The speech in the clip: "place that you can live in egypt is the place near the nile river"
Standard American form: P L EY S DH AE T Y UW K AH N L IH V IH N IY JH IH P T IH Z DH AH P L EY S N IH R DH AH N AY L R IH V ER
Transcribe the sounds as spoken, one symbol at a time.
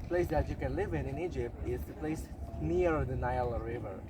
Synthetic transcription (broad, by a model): P L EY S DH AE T Y UW K AH N L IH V IH N IY JH IH P T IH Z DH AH P L EY S N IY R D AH N AY L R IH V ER